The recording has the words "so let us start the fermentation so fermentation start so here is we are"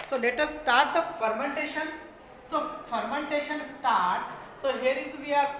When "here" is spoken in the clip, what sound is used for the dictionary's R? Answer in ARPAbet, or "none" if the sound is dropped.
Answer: R